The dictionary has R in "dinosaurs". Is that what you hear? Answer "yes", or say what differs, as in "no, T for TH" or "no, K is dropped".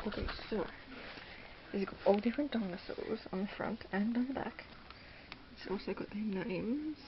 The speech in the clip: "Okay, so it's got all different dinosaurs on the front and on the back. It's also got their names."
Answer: no, L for R